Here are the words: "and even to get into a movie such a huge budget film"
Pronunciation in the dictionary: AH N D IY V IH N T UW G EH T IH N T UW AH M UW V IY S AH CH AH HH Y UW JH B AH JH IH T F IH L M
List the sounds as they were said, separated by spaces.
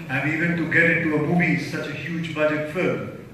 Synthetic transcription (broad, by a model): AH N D IY V IH N T UW G EH T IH T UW AH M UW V IY S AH CH AH HH Y UW JH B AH JH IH T F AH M